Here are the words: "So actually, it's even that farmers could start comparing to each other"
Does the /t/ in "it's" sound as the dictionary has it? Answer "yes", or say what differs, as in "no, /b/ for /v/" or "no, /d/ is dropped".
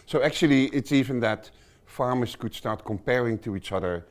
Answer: yes